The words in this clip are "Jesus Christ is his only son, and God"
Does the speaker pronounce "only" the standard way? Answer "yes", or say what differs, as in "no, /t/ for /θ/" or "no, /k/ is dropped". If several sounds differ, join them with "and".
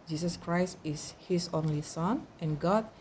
yes